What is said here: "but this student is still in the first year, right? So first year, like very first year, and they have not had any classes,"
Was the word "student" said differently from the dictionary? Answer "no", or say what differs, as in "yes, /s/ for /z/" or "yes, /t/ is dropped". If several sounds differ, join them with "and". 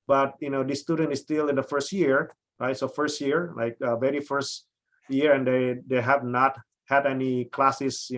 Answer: no